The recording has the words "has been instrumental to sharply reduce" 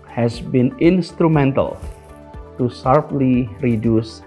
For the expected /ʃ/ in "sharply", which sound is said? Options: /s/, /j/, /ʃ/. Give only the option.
/s/